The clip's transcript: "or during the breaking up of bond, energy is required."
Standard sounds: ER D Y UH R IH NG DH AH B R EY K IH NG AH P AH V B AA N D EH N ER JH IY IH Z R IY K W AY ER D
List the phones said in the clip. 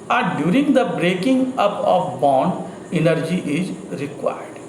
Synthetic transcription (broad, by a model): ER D Y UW R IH NG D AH B R EY K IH NG AH P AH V B AA N D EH N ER JH IY IH Z R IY K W AY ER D